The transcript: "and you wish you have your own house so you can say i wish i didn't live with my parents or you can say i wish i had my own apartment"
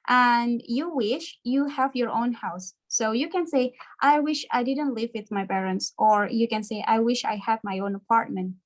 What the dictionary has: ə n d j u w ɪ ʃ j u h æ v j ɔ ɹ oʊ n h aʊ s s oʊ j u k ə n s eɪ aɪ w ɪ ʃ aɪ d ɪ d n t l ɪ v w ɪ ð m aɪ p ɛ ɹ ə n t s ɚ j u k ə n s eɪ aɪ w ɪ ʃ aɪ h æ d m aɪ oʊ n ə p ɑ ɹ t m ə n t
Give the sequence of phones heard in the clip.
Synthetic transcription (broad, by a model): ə n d j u w ɪ ʃ j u h æ v j ɔ ɹ oʊ n h aʊ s s oʊ j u k ə n s eɪ aɪ w ɪ ʃ aɪ d ɪ d n t l ɪ v w ɪ ð m aɪ p ɛ ɹ ə n t s ɚ j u k ə n s eɪ aɪ w ɪ ʃ aɪ h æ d m aɪ oʊ n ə p ɑ ɹ t m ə n t